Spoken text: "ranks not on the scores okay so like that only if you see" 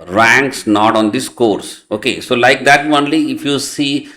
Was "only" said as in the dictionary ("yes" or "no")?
yes